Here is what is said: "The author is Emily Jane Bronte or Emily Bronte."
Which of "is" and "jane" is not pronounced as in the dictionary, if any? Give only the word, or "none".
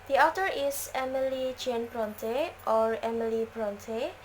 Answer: is